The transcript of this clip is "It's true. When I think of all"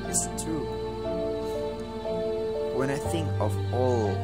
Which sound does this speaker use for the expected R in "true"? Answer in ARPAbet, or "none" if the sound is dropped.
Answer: none